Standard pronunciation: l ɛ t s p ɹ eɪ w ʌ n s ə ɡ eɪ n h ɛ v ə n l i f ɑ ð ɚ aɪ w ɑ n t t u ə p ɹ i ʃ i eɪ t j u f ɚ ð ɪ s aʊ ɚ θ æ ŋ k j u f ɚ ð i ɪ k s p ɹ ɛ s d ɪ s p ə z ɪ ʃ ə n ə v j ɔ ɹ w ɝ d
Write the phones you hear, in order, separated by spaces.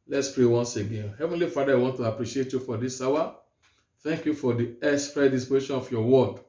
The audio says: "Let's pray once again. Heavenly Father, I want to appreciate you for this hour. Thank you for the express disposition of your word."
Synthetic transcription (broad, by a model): l ɛ t s p ɹ eɪ w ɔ n s ə ɡ eɪ n h ɛ v ə n l i f ɑ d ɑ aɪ w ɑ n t t u ə p ɹ i ʃ i eɪ t j u f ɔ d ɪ s aʊ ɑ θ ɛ ŋ k j u f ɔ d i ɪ s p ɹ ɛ d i s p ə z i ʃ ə n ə f j ɔ w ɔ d